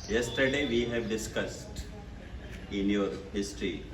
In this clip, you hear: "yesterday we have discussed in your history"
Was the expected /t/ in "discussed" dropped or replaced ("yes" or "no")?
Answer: no